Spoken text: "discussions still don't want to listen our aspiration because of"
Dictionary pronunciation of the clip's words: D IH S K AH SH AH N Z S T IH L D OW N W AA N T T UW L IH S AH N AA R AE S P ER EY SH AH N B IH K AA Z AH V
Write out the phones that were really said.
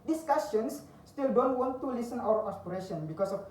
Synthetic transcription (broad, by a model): D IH S K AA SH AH N S T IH L D OW N W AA N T T UW L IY S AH N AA W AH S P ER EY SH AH N B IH K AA S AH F